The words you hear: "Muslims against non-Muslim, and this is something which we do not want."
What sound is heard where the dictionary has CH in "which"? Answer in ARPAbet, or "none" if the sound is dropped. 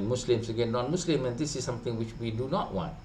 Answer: CH